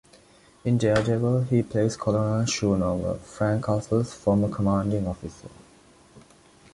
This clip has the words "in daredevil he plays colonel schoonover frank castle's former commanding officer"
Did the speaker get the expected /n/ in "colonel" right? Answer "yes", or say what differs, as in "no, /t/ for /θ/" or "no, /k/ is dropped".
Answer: no, /l/ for /n/